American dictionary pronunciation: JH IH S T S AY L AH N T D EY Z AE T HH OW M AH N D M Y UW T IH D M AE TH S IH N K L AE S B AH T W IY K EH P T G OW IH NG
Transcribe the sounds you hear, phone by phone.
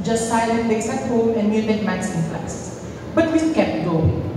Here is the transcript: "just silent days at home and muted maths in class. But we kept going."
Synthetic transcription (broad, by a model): JH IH S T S AY L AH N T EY S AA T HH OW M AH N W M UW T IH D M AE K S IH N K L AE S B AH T W IY K EH P T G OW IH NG